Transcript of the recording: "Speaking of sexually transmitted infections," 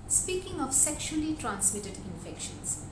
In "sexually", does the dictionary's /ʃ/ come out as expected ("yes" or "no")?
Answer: yes